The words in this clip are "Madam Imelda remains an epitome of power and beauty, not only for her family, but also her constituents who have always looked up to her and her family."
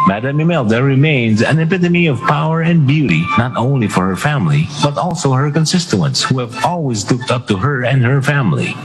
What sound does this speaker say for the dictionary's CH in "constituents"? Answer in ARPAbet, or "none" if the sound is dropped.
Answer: S